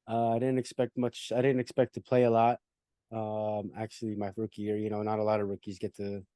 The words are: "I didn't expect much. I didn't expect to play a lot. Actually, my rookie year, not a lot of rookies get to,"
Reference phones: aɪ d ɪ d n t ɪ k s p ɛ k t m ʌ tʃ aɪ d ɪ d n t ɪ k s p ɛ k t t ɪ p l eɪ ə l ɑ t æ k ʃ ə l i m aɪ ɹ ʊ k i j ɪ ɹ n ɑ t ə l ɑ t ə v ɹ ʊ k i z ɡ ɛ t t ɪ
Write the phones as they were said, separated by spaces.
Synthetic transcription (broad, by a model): aɪ d ɪ d n t ɪ k s p ɛ k t m ʌ tʃ aɪ d ɪ d n t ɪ k s p ɛ k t t ɪ p l eɪ ə l ɑ t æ k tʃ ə l i m aɪ ɹ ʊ k i j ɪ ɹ n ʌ t ə l ɑ t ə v ɹ ʊ k i z ɡ ɛ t t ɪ